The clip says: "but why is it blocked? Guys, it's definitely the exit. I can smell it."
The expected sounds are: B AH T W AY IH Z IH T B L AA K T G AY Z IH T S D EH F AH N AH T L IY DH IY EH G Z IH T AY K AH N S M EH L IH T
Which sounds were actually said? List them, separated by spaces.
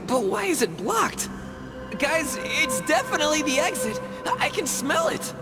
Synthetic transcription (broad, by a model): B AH T W AY IH Z IH T B L AA K T G AY Z IH T S D EH F AH N AH T L IY DH IY EH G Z IH T AY K AH N S M EH L IH T